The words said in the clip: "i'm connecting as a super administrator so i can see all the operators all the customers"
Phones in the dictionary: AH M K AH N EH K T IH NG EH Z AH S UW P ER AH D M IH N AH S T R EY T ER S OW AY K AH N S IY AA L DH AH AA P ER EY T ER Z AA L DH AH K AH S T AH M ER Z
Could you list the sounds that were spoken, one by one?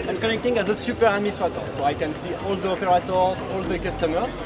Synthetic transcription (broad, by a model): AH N K AH N EH K T IH NG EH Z AH S UW P ER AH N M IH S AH T AO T S OW AY K AH N S IY AA L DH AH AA P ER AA T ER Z AA L DH AH K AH S T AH M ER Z